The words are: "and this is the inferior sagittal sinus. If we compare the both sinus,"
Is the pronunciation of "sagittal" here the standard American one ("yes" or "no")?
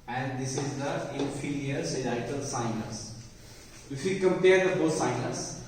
no